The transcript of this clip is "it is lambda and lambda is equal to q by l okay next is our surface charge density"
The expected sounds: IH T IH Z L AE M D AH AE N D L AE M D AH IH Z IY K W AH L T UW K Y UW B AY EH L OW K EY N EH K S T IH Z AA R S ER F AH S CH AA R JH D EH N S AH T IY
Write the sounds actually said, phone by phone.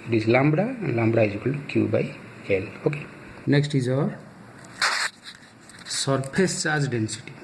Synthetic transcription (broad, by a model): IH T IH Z L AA M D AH L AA M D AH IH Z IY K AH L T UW K Y UW B AY EH L OW K EY N EH K S T IH Z AA R S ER P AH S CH AA R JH D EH N S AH T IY